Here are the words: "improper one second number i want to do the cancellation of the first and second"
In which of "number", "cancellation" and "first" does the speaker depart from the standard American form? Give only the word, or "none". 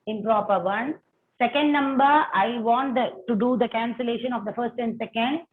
none